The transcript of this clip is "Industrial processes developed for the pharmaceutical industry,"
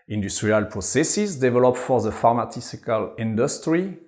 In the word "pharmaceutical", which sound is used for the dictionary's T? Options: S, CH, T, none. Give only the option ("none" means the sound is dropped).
S